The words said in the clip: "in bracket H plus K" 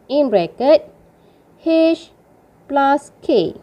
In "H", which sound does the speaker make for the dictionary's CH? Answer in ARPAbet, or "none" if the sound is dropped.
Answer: SH